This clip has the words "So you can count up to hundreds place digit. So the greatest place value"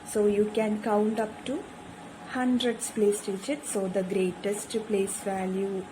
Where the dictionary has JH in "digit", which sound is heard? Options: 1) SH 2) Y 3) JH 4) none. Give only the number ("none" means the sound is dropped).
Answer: 1